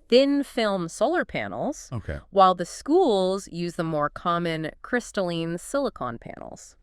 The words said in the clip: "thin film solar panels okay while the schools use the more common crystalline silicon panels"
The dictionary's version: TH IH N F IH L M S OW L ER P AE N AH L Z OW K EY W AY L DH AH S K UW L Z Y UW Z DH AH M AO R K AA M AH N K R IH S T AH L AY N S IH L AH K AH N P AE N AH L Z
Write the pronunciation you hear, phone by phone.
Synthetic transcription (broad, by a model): TH IH N F IH L M S OW L ER P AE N L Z OW K EY W AY L DH AH S K UW L Z Y UW Z DH AH M AO R K AA M AH N K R IH S T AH L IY N S IH L AH K AH N P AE N L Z